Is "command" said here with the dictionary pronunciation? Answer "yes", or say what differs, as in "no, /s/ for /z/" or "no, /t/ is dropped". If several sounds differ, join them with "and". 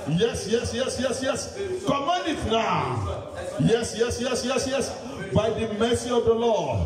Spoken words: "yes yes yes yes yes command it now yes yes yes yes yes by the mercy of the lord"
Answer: no, /d/ is dropped